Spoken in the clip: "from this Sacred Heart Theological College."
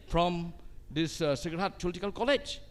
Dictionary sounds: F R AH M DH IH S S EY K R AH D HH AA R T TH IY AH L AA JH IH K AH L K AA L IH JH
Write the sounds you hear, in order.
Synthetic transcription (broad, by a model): F R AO M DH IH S S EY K AH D HH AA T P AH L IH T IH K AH L K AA L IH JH